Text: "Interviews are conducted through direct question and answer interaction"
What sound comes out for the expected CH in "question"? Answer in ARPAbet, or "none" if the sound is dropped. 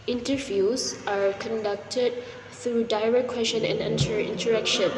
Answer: SH